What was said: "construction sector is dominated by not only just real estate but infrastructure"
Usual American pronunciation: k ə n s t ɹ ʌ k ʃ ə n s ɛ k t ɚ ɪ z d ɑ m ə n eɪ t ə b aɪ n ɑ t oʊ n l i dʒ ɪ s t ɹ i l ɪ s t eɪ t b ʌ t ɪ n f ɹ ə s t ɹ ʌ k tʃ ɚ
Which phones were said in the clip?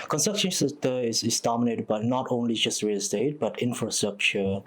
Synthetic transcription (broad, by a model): k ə n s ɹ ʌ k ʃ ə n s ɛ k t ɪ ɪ s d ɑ m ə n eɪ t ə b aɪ n ɑ t oʊ n l i dʒ ɪ s t ɹ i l s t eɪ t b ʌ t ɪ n f ɹ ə s t ɹ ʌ k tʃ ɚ